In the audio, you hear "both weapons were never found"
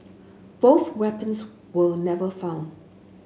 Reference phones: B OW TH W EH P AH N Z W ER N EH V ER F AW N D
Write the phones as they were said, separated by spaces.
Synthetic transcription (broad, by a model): B OW TH W EH P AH N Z W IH N EH V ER F AW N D